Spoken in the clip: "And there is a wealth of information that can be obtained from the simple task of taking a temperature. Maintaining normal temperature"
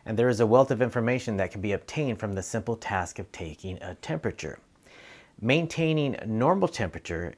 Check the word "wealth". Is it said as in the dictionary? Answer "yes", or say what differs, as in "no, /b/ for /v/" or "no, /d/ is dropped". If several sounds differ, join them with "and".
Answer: yes